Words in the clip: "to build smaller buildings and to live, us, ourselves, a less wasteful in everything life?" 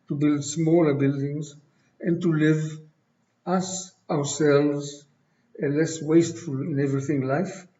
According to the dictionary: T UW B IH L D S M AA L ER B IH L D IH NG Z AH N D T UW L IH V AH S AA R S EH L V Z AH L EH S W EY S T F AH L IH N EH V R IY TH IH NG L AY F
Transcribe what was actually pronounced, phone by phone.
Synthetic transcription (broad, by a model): T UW B IH L D S M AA L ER B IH L D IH NG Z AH N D T UW L IH V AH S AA R S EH L V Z AH L EH S W EY S T F AH L IH N EH V R IY TH IH NG L AY F